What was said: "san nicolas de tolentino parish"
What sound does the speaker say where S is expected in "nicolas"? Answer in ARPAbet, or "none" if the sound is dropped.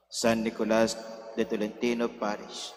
S